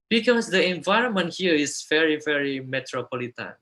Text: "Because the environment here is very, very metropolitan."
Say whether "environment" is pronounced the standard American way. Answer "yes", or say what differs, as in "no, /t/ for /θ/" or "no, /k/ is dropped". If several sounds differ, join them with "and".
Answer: yes